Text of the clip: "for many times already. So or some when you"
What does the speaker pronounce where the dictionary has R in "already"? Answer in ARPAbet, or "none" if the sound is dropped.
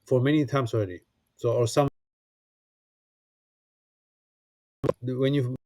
R